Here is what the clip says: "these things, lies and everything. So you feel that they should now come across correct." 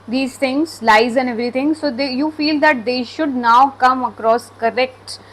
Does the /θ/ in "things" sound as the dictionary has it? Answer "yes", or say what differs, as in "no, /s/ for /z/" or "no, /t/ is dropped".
no, /t/ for /θ/